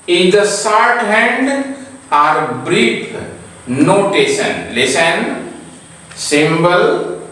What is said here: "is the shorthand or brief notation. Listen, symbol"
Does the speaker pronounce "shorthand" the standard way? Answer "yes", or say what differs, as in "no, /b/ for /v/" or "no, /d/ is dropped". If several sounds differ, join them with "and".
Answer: no, /s/ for /ʃ/